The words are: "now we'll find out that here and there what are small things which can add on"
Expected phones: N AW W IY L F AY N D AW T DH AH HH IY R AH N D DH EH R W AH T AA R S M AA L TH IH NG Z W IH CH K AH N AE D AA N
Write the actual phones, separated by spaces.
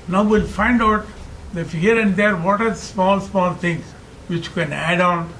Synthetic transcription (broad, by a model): N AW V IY L F AY N D AW T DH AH HH IY R AH N D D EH R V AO T AA L S M AA L T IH NG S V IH CH K AH N AE D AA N